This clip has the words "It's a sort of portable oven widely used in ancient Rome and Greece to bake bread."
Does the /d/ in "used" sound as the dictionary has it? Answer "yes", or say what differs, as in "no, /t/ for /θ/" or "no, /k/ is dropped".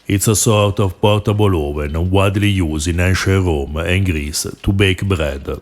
no, /d/ is dropped